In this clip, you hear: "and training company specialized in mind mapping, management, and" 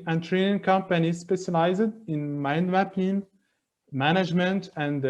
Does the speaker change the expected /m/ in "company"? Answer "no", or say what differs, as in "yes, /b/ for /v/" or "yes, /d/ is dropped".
no